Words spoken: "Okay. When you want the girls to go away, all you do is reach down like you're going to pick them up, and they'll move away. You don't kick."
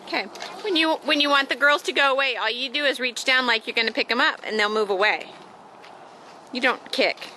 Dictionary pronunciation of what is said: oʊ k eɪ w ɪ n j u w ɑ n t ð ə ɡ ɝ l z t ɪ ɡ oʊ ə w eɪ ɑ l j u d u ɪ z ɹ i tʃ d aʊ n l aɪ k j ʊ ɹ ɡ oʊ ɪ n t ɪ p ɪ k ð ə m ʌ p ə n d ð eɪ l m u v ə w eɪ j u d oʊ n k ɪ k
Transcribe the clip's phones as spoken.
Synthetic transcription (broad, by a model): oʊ k eɪ w ɪ n j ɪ w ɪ n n ð ə ɡ ɝ l z t ɪ ɡ oʊ ə w eɪ ɑ l j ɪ d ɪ ɪ z ɹ i tʃ d aʊ n l aɪ k j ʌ ɹ ɡ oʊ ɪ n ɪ p ɪ k ð ə m ʌ p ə n ð eɪ l m u v ə w eɪ j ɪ d oʊ n k ɪ k